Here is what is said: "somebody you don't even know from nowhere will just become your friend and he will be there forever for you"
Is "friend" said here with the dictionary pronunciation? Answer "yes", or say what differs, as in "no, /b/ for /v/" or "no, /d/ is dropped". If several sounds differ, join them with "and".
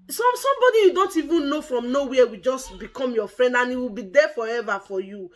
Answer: yes